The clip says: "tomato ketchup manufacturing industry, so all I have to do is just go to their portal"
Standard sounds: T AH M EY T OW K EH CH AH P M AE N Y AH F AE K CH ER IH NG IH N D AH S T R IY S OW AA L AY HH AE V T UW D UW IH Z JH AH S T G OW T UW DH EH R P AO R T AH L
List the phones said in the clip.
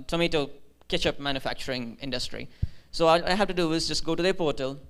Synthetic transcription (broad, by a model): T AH M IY T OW K EH CH AH P M AE N Y AH F AE K CH ER IH NG IH N D AH S T R IY S OW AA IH AY HH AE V T UW D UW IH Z JH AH S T G OW T UW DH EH P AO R T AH L